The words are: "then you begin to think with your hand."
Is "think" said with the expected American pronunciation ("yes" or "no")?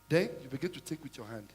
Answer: no